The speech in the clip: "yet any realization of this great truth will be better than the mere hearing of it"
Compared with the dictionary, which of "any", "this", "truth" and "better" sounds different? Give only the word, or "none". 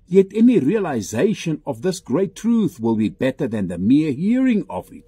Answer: none